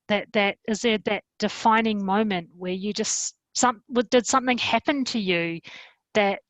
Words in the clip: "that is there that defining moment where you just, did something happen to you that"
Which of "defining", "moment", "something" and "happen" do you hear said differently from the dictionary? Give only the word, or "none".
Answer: none